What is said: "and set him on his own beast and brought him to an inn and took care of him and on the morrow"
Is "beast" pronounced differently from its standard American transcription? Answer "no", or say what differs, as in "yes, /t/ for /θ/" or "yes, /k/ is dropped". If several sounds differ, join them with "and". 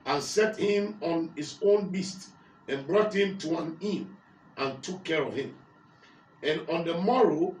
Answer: no